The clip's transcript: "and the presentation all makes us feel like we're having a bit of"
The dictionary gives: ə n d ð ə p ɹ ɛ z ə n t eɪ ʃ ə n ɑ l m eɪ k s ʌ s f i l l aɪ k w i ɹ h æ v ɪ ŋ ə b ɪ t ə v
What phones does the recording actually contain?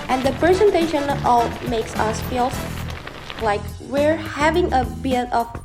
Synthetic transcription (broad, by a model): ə n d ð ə p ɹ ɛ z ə n t eɪ ʃ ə n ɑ m eɪ k s ʌ s f i l l aɪ k w i ɹ h æ v ɪ ŋ ə b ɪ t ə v